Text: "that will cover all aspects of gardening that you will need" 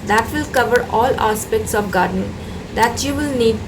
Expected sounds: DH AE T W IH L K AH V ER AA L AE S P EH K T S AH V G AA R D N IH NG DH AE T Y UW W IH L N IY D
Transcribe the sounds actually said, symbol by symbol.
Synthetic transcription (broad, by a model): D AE T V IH L K AH V ER AA L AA S P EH K T S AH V G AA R D IH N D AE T Y UW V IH L N IY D